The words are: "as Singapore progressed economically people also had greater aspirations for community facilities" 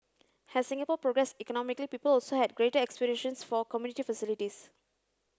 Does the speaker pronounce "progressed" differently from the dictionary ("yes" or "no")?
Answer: yes